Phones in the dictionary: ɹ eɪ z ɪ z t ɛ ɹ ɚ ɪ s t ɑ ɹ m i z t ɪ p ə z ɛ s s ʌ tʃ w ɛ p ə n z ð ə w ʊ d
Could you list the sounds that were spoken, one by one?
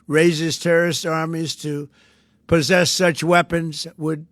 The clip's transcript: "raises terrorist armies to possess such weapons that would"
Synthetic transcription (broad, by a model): ɹ eɪ z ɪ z t ɛ ɹ ɚ ɪ s t ɑ ɹ m i z t ɪ p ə z ɛ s s ʌ tʃ w ɛ p ə n z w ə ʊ d